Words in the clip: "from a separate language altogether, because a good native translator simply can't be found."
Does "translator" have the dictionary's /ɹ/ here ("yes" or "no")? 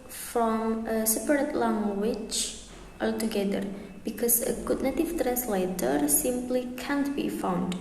yes